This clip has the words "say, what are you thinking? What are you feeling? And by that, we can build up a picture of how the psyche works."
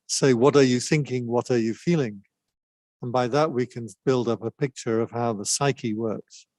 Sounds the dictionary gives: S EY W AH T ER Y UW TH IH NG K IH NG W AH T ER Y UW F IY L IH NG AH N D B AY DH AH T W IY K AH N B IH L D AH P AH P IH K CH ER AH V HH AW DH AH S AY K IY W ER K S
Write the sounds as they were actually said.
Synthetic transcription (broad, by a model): S EY W AH T ER Y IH TH IH NG K IH NG W AH T ER Y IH F IY L IH NG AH N B AY DH AH T W IY K AH N B IH L D AH P AH P IH K CH ER AH V HH AW DH AH S AY K IY W ER K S